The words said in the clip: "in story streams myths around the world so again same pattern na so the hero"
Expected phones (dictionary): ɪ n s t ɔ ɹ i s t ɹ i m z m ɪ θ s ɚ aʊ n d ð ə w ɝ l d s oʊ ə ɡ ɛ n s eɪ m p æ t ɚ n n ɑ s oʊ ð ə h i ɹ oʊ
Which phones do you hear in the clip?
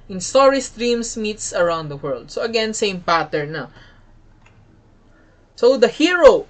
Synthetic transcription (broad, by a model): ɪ n s t ɔ ɹ i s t ɹ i m s m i t s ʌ aʊ n d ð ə w ɝ l d s oʊ ə ɡ ɛ n s eɪ m p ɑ t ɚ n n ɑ s oʊ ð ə h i ɹ oʊ